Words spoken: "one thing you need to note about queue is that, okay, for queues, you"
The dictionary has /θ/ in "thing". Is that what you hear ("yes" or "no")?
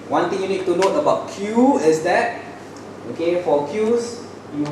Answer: no